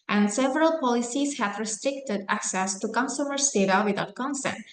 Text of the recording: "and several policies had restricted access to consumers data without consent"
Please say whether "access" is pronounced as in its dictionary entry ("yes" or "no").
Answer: yes